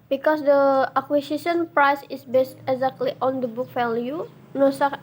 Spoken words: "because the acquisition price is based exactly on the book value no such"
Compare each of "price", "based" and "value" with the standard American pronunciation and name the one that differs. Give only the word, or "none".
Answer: value